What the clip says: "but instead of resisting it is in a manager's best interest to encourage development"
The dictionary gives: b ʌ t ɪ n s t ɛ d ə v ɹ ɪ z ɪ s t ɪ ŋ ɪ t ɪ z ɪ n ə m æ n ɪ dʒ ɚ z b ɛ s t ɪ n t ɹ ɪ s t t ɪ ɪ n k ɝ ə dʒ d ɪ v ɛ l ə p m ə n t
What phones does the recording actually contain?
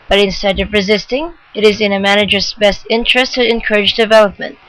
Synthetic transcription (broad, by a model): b ʌ t ɪ n s t ɛ d ə v ɹ ɪ z ɪ s t ɪ ŋ ɪ t ɪ z ɪ n ə m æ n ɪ dʒ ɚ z b ɛ s t ɪ n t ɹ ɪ s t t ɪ ɪ n k ɝ ə dʒ d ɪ v ɛ l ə p m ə n t